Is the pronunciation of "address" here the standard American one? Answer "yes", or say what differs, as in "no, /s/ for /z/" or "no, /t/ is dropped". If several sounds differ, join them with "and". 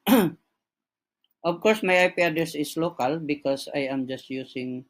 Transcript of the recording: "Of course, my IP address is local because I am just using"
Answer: no, /ɹ/ is dropped